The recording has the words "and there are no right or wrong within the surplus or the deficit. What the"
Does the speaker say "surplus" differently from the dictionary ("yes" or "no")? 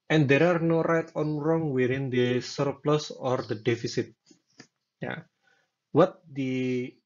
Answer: no